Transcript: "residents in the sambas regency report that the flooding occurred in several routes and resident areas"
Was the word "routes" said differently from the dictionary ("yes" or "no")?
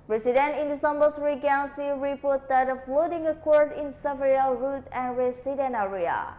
yes